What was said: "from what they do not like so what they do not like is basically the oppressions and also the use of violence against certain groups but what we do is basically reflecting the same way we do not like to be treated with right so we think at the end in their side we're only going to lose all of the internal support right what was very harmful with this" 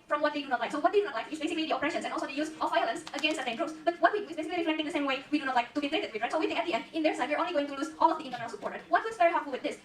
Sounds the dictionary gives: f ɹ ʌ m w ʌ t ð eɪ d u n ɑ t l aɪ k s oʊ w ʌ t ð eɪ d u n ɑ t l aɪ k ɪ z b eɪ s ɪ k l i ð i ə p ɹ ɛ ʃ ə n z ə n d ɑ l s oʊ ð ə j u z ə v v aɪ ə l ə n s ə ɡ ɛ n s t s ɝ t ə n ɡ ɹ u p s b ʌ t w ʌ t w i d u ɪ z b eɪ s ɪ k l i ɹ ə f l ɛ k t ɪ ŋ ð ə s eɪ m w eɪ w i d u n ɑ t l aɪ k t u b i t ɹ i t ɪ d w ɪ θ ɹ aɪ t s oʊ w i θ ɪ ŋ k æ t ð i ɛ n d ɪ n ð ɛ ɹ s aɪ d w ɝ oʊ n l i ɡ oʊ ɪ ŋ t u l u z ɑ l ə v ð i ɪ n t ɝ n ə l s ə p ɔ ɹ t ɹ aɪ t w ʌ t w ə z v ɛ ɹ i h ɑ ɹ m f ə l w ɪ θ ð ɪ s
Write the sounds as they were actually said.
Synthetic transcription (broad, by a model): f ɹ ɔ m w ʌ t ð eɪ d u n ɑ t l aɪ k s oʊ w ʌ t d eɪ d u n ɑ t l aɪ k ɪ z b eɪ s ɪ k l i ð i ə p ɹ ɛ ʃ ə n s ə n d ɑ l s oʊ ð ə j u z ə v v aɪ ə l ə n s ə ɡ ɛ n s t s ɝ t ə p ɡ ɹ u s b ʌ t w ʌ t w i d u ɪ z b eɪ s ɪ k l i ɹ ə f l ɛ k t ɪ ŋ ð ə s eɪ m w eɪ w i d u n ɑ t l aɪ k t u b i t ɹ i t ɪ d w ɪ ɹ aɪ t s oʊ w i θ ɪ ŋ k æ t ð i ɛ n d ɪ n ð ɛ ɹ s aɪ d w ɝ oʊ n l i ɡ oʊ ɪ ŋ t u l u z ɑ l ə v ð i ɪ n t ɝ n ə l s ə p ɔ ɹ t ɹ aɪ w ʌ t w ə s v ɛ ɹ i h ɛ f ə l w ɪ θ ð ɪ s